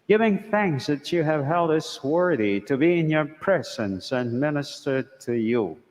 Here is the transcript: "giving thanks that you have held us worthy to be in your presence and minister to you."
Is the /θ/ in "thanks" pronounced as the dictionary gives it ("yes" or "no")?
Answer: yes